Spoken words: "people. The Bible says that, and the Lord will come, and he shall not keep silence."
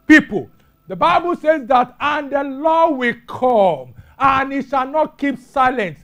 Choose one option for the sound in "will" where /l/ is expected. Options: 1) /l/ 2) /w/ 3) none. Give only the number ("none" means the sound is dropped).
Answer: 1